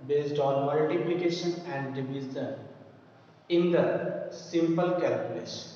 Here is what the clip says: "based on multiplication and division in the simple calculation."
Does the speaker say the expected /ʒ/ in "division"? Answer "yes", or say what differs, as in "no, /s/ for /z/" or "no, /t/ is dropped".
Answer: no, /z/ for /ʒ/